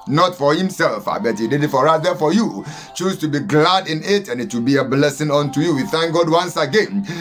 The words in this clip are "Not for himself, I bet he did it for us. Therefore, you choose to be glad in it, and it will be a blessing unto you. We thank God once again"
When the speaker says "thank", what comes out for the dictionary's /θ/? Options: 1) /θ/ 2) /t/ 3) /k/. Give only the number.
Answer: 1